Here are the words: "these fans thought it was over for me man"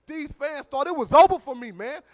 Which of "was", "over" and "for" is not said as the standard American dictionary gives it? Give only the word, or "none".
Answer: over